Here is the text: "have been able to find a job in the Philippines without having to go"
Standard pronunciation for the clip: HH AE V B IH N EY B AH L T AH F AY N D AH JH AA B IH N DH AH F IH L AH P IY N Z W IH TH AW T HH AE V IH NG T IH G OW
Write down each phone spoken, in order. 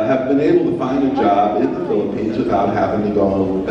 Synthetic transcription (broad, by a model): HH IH V B IH N EY B L T AH F AY N D AH JH AA B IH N DH AH F IH L AH P IY N Z W IH TH AW T HH AE V IH NG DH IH G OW